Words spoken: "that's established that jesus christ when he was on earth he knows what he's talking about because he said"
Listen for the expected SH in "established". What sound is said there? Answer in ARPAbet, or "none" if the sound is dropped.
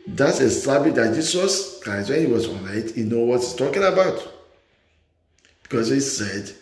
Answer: none